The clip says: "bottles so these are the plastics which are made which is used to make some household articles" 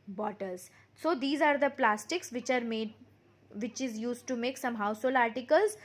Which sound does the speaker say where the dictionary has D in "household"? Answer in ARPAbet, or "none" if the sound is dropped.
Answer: none